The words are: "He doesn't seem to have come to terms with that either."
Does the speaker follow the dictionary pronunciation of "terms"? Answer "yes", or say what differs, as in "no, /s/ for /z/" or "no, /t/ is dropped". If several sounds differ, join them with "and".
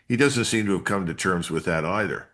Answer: yes